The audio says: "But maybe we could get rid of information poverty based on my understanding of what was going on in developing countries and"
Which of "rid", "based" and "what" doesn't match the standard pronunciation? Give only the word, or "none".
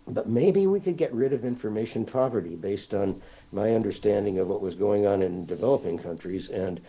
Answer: none